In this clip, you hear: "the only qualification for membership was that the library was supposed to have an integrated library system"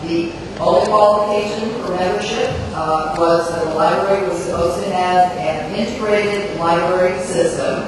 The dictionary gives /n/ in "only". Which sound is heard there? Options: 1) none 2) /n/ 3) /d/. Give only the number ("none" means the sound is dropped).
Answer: 1